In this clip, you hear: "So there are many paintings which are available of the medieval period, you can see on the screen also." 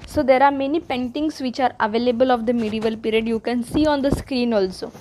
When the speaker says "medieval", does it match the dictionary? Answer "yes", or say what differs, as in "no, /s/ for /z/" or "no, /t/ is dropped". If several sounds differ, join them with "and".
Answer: yes